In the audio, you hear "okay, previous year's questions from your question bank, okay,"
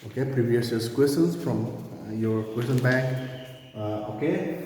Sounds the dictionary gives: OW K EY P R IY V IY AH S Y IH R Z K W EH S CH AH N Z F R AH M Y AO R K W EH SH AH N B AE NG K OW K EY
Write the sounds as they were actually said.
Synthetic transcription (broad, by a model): OW K EY P R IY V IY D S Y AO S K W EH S AH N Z F R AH M Y AO R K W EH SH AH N B AE NG K OW K EY